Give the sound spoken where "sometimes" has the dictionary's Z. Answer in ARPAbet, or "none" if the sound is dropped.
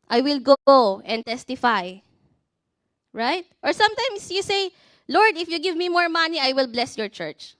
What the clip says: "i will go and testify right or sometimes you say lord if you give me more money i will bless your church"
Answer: S